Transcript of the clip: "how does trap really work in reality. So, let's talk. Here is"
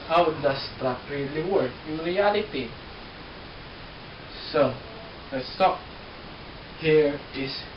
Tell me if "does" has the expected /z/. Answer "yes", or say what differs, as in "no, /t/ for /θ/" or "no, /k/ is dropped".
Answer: no, /s/ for /z/